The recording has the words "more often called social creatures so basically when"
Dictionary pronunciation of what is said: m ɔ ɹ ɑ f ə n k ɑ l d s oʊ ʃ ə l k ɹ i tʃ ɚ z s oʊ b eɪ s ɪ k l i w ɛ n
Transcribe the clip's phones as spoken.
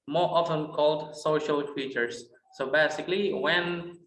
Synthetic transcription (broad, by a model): m ɔ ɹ ɑ f ə n k ɑ l d s oʊ ʃ ə l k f i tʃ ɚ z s oʊ b eɪ s ɪ k l i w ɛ n